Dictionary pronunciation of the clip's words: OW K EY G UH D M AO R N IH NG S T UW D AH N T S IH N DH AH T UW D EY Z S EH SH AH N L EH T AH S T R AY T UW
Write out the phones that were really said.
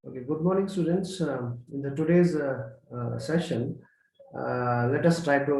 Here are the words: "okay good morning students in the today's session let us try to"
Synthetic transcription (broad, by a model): OW K EY G UH D M AO R N IH NG S T UW D AH N T S IH N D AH T UW D EY Z S EH SH AH N L EH T AH S T R AY T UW